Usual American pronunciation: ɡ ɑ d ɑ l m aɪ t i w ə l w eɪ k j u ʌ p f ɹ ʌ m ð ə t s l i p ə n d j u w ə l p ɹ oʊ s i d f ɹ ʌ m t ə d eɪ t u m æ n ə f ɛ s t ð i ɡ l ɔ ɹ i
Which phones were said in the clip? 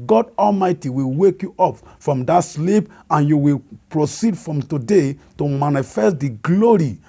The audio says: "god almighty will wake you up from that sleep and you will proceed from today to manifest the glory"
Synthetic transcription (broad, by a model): ɡ ɑ d ɑ l m aɪ t i w ə l w eɪ k j u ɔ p f ɹ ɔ m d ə t s l i p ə n j u w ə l p ɹ oʊ s i d f ɹ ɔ m t ə d eɪ t u m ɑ n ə f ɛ s t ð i ɡ l ɔ ɹ i